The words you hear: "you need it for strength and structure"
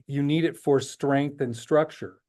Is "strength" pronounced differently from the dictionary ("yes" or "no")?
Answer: no